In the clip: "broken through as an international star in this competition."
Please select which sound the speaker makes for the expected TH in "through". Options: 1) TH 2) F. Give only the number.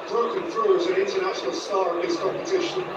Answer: 2